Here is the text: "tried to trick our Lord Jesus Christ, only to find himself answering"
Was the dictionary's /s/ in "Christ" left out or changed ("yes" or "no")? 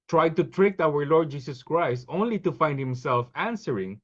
no